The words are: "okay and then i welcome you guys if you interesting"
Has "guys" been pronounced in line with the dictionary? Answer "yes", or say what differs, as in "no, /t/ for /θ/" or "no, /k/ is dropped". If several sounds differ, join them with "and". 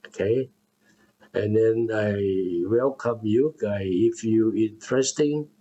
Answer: no, /z/ is dropped